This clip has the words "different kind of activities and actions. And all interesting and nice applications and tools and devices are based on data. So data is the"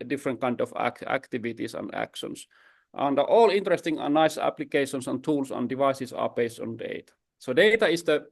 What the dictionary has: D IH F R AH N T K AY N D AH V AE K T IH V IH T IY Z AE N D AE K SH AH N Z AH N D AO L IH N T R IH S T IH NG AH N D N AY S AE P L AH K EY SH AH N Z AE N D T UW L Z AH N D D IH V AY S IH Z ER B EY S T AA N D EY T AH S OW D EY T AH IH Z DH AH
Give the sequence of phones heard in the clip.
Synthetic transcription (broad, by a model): D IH F R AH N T K AY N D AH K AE K T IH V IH T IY S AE N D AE K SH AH N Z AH N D AO L IH N T R IH S T IH NG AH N N AY S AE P L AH K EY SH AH N S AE N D T UW L S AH N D D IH V AY S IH S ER B EY S T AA N D EY T AH S OW D EY T AH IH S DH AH